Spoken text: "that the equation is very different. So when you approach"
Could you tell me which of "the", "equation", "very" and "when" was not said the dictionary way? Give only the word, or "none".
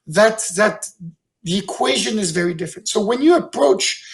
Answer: none